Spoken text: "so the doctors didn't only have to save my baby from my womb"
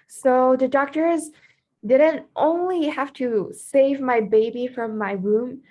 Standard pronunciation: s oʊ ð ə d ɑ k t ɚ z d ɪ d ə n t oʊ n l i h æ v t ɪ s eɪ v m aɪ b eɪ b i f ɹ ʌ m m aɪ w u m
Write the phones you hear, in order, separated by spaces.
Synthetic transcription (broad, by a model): s oʊ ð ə d ɑ k t ɚ z d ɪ d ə n t oʊ n l i h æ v t ɪ s eɪ v m aɪ b eɪ b i f ɹ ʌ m m aɪ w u m